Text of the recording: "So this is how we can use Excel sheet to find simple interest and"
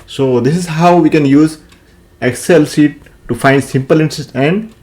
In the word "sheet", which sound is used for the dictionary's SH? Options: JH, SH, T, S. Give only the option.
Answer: S